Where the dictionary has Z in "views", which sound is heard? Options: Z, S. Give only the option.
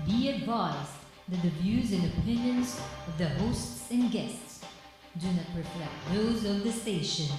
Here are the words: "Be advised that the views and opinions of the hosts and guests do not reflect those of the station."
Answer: Z